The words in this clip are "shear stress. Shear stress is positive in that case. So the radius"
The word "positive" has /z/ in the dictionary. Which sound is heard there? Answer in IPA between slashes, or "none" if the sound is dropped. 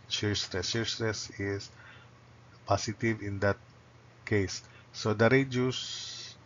/s/